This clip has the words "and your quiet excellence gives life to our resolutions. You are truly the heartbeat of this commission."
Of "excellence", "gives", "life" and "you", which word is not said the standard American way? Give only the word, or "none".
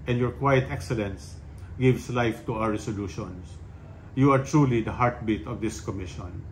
gives